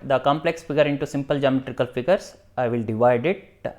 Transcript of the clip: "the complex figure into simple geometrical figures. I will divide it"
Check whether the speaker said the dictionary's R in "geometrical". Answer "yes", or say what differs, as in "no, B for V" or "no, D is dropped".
yes